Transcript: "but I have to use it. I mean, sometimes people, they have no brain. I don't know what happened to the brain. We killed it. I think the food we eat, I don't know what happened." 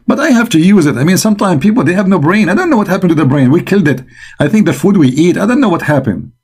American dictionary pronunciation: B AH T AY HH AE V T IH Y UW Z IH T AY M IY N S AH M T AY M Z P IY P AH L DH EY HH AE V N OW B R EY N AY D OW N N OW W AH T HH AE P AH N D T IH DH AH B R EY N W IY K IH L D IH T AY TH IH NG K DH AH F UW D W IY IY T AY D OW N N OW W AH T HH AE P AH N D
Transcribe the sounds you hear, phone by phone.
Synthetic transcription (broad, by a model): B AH T AY HH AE F T IH Y UW Z IH T AY M IY N S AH M T AY M P IY P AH L DH EY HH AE V N OW B R EY N AY D OW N N OW W AH T HH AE P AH N T IH DH AH B R EY N W IY K IH L D IH T AY TH IH NG K DH AH F UW D W IY IY T AY D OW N N OW W AH T HH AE P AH N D